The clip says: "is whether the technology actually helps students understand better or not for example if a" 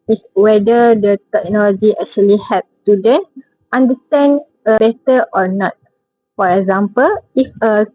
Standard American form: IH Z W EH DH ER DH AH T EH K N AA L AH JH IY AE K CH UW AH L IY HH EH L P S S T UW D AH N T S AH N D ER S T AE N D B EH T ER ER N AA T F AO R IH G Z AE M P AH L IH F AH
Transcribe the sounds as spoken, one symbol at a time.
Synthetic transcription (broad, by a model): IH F W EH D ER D AH T EH K N AA L AH JH IY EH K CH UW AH L IY HH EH P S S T UW D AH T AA N D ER S T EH N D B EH T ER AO N AA T F AO R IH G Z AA M P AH L IH F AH